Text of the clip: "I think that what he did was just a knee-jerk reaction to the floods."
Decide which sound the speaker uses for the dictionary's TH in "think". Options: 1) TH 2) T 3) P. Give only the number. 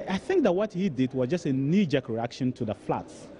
1